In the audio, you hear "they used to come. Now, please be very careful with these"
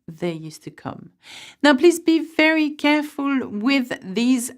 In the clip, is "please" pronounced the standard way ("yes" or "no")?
yes